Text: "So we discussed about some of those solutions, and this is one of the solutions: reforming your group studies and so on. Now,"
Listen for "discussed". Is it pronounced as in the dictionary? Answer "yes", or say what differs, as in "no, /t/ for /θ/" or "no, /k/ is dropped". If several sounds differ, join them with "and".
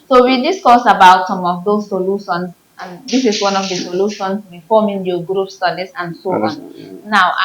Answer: no, /t/ is dropped